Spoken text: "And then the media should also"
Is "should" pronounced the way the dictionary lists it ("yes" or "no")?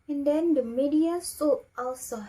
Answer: no